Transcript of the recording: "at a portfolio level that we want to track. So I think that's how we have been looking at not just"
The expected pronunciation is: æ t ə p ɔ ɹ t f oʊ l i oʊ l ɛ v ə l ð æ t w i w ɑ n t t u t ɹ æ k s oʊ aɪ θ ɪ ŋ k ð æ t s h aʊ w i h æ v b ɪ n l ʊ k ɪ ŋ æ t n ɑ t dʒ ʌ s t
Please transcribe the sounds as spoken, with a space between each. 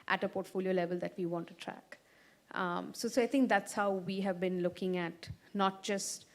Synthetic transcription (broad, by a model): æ t ə p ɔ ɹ t f oʊ l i oʊ l ɛ v ə l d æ t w i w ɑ n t t u t ɹ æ k s oʊ aɪ t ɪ ŋ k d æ t s h aʊ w i h æ v b ɪ n l ʊ k ɪ ŋ æ t n ɑ t dʒ ʌ s t